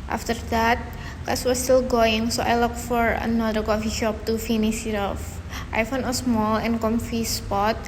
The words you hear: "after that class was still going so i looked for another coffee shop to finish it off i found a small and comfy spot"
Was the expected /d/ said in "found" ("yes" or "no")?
no